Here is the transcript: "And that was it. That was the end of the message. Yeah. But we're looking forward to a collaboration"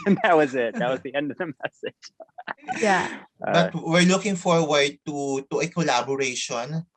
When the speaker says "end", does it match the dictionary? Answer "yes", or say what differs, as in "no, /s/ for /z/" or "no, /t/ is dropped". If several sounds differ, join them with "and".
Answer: yes